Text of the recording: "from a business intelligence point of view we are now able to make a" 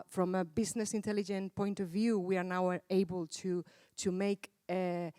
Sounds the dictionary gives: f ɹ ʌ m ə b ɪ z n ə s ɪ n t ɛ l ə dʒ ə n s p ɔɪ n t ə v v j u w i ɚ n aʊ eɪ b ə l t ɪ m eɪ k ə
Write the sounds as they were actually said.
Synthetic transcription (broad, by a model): f ɹ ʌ m ə b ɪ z n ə s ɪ n t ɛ l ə dʒ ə n p ɔɪ n t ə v v j u w i ɚ n aʊ eɪ b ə l t ɪ m eɪ k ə